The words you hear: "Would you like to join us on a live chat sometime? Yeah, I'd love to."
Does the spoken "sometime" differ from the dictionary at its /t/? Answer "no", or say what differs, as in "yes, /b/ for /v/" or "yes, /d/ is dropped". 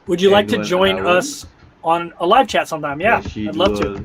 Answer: no